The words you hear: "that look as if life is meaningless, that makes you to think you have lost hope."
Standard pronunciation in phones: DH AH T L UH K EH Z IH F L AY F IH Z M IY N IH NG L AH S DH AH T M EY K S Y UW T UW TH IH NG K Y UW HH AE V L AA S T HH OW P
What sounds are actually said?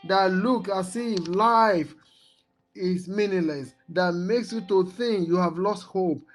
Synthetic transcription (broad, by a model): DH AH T L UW K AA S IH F L AY F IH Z M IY N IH L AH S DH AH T M EY K S Y UW T UW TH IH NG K Y UW HH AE V L AA S T HH OW P